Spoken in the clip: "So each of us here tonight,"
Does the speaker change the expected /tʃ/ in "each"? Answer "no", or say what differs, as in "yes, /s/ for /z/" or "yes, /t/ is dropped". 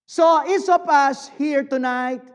yes, /s/ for /tʃ/